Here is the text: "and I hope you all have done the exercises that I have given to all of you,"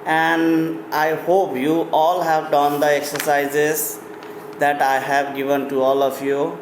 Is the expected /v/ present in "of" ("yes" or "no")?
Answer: no